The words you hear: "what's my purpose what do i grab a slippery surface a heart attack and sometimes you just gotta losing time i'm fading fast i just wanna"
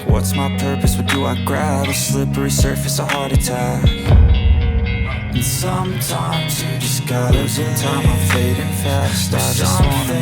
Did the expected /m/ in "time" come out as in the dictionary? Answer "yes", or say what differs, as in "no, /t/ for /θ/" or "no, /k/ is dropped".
no, /m/ is dropped